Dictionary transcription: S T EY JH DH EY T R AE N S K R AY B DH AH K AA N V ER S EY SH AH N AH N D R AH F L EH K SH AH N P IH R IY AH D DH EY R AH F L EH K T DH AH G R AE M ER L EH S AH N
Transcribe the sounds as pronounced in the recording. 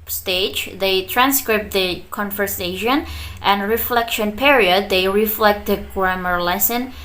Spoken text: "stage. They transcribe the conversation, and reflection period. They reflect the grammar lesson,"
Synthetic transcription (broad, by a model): S T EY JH DH EY T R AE N S K R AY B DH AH K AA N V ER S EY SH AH N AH N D R AH F L EH K SH AH N P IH R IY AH D DH EY R AH F L EH K T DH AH G R AE M ER L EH S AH N